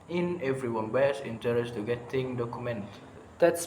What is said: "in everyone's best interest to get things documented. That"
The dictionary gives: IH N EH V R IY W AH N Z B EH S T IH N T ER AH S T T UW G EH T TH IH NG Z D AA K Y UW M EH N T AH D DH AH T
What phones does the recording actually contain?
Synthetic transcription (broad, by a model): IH N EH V R IY W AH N B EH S IH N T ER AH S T T UW G EH T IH NG D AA K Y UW M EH N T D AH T